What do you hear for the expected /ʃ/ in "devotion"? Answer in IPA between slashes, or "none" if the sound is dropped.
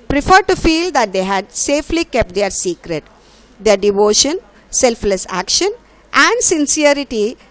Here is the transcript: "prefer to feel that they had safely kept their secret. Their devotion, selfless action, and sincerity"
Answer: /ʃ/